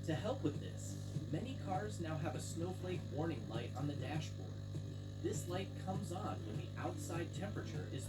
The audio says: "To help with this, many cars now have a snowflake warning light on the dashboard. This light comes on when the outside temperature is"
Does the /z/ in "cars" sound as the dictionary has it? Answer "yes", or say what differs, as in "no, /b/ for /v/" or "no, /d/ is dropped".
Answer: yes